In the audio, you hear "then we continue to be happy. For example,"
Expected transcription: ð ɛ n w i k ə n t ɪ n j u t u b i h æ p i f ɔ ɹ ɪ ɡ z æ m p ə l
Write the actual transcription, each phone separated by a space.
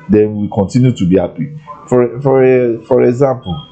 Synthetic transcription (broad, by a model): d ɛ n w i k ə n t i n j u t u b i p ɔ f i f ɔ ɹ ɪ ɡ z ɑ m p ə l